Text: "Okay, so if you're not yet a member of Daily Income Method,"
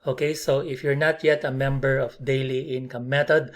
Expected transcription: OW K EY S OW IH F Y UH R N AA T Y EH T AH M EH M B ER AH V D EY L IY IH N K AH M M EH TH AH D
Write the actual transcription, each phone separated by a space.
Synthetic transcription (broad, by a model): OW K EY S OW IH F Y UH R N AA T Y EH T AH M EH M B ER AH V D EY L IY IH N K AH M M EH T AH D